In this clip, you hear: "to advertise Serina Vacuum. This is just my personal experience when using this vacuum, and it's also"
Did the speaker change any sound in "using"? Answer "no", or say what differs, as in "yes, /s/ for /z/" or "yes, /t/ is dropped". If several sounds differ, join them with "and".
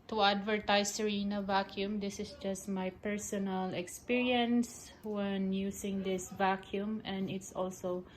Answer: yes, /s/ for /z/